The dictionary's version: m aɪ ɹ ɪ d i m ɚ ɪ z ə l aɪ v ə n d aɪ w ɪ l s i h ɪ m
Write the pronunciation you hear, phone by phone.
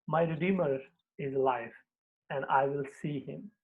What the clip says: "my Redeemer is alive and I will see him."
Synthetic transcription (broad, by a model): m aɪ ɹ ɪ d i m ɚ ɪ z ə l aɪ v ə n d aɪ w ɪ l s i h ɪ m